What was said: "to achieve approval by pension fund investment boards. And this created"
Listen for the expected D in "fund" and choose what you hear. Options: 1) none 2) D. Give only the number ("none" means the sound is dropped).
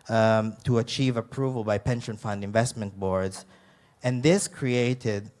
2